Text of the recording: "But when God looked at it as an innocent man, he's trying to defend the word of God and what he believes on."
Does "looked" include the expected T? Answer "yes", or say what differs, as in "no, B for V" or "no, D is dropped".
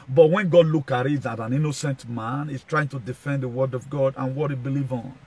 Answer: no, T is dropped